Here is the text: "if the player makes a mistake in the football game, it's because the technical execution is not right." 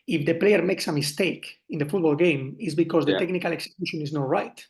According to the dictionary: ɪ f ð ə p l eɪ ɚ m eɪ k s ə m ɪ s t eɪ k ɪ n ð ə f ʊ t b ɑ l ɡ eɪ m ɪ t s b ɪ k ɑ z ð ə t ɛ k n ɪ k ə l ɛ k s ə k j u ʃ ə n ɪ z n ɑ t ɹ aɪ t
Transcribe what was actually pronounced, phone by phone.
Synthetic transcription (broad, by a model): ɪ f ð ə p l eɪ ɚ m eɪ k s ə m ɪ s t eɪ k ɪ n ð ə f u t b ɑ l ɡ eɪ m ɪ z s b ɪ k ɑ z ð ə t ɛ k n ɪ k ə l ɛ k s ə k j u ʃ ə n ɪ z n ɑ t ɹ aɪ t